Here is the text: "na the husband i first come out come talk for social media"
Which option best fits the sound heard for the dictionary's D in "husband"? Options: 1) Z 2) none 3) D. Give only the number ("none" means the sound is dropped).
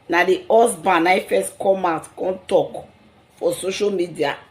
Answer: 2